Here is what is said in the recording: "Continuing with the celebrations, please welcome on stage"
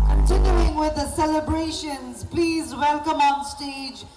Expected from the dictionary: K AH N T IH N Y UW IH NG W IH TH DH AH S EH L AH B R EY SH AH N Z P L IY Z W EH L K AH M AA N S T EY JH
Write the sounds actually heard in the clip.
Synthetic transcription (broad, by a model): K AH N T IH N Y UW IH NG W IH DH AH S EH L AH B R EY SH AH N Z P L IY Z W EH L K AH M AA N S T EY JH